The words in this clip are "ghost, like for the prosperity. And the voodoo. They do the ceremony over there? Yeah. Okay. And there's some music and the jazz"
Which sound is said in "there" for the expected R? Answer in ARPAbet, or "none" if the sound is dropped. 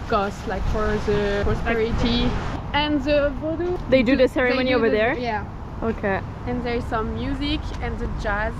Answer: R